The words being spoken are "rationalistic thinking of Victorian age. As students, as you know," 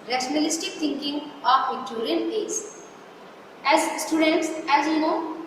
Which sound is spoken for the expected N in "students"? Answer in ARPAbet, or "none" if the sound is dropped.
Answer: N